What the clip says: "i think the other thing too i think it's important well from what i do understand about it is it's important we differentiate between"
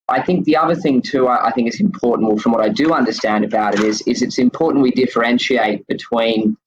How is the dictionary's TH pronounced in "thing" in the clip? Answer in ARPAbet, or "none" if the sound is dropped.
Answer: TH